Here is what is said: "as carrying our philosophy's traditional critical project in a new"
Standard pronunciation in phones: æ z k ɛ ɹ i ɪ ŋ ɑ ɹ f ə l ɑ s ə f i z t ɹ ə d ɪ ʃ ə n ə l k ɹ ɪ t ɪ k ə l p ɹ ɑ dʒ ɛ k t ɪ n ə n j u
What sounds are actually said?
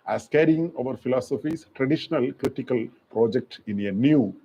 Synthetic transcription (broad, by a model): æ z k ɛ ɹ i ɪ ŋ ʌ ɹ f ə l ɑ s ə f i s t ɹ ə d ɪ ʃ ə n ə l k ɹ ɪ t ɪ k ə l p ɹ ɑ dʒ ɛ k t ɪ n ə n j u